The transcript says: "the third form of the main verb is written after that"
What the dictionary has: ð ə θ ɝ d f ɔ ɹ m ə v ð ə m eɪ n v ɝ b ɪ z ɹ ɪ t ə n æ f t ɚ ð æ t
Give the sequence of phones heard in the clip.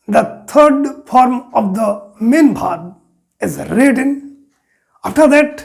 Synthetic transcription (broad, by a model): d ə t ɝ d f ɔ ɹ m ə v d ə m eɪ n b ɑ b ɪ z ɹ ɪ t ə n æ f t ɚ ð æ t